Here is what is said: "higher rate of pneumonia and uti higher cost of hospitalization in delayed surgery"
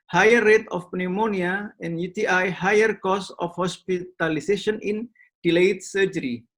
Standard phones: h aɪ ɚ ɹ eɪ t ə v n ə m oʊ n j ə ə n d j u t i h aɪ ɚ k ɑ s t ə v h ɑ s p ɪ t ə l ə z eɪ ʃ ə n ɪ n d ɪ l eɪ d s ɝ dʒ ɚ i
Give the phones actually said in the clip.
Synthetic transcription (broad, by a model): h aɪ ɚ ɹ eɪ t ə p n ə m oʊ n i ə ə n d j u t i h aɪ ɚ k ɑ s ə f h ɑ s p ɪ t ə l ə s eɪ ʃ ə n ɪ n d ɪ l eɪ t s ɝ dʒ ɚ i